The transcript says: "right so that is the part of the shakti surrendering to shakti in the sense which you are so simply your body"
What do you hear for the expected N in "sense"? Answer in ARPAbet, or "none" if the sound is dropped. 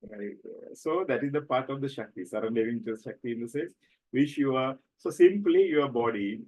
none